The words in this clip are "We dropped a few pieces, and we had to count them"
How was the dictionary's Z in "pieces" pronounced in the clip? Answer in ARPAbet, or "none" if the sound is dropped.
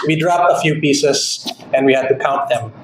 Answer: S